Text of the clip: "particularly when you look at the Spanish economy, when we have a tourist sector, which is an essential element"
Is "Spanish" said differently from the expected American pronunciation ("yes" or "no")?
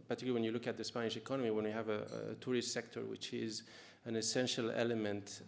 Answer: no